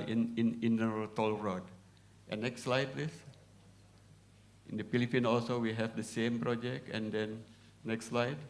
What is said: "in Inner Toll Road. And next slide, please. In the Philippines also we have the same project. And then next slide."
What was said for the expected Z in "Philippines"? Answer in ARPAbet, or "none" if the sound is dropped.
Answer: none